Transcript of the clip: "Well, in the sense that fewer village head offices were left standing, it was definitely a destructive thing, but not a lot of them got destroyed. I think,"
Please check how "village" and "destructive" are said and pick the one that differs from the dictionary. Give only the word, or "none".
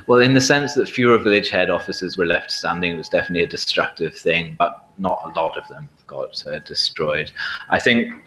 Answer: none